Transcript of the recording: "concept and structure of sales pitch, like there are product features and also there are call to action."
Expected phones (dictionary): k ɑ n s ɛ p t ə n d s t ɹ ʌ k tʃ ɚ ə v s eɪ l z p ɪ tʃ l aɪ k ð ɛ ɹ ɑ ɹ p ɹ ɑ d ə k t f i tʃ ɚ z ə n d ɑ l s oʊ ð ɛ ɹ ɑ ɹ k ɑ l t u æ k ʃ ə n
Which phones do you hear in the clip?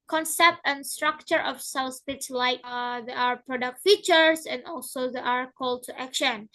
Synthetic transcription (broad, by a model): k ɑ n s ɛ p t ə n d s t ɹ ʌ k tʃ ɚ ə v s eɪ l s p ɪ s l aɪ k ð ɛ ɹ ɑ ɹ p ɹ ɑ d ə k t f i tʃ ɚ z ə n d ɑ l s oʊ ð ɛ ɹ ɑ ɹ k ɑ l t u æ k ʃ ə n